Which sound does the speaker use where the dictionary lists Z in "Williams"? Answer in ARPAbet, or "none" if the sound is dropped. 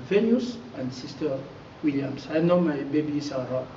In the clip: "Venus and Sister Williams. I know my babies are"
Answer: S